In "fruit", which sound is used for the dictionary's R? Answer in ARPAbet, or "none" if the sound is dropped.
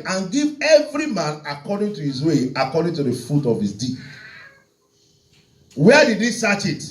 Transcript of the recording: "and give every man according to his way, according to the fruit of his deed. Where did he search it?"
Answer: none